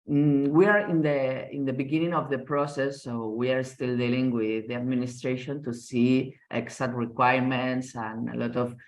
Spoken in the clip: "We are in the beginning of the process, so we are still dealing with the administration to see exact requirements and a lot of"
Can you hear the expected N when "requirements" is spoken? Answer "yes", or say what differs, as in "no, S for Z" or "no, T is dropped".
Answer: yes